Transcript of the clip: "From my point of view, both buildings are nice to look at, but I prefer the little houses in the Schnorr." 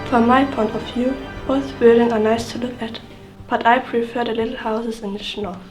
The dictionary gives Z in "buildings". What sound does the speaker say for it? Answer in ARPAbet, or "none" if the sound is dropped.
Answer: none